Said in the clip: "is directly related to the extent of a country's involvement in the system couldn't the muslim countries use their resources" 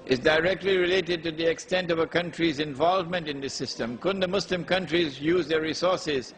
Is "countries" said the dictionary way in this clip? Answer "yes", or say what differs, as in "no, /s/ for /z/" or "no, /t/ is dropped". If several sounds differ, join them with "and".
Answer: yes